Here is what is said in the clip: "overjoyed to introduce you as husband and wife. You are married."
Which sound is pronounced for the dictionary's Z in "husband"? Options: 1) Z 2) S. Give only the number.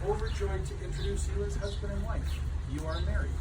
1